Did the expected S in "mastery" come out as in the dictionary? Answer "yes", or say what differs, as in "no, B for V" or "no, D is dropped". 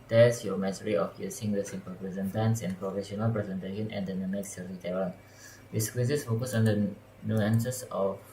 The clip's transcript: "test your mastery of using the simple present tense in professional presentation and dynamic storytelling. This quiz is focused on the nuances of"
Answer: no, S is dropped